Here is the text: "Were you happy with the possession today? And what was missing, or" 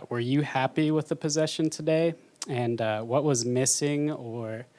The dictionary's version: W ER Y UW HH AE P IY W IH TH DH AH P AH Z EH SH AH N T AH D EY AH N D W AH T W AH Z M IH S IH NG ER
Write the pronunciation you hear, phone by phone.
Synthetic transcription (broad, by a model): W ER Y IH HH AE P IY W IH DH AH P AH Z EH SH AH N T AH D EY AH N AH W AH T W AH Z M IH S IH NG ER